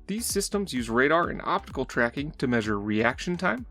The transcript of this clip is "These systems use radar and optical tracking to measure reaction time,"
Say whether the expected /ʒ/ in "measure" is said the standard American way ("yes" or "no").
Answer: yes